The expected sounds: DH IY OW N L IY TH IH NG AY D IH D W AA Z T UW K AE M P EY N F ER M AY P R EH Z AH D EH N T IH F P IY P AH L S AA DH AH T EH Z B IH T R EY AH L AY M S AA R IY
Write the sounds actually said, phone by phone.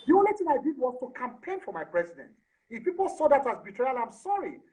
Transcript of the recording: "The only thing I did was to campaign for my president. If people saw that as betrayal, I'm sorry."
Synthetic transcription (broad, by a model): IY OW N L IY T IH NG AY D IH D W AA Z T UW K AE M P EY N F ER M AY P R EH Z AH D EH N T IH F P IY P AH L S AA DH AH T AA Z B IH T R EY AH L AY M S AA R IY